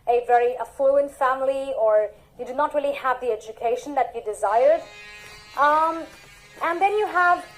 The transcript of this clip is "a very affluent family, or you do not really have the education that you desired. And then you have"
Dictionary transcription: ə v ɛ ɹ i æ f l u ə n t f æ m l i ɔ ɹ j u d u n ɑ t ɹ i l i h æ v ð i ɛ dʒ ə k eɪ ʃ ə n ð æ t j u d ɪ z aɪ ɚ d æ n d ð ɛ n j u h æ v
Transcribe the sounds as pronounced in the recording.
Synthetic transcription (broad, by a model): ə v ɛ ɹ i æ f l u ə n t f æ m l i ɔ ɹ j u d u n ɑ t ɹ i l i h æ v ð i ɛ dʒ ə k eɪ ʃ ə n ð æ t j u d ɪ z aɪ ɚ d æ n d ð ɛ n j u h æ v